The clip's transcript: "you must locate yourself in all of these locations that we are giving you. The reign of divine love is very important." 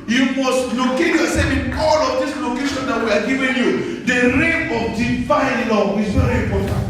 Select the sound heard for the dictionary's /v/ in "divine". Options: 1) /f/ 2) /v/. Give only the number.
1